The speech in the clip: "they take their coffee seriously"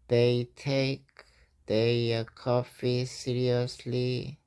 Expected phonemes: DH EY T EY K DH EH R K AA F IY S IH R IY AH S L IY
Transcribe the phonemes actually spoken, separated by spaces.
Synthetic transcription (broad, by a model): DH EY T EY K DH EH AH K AA F IY S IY R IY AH S L IY